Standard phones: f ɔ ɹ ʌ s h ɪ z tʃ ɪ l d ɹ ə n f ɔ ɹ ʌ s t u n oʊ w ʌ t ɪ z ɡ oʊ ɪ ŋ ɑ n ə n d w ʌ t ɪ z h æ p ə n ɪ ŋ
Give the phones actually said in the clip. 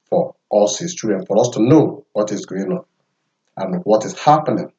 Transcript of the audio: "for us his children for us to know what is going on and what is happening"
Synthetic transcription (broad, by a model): f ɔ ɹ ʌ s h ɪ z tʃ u d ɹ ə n f ɔ ɹ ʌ s t u n oʊ w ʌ t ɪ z ɡ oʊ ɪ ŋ ɑ n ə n w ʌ t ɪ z h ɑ p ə n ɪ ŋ